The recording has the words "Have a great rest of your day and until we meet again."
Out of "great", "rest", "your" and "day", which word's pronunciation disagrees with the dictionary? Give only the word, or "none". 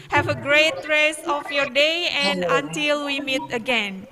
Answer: rest